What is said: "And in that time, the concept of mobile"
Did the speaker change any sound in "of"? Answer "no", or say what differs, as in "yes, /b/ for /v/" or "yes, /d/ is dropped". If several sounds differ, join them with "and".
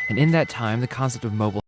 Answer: no